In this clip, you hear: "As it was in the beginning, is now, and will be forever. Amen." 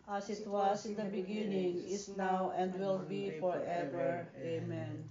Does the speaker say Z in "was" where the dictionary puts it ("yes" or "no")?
no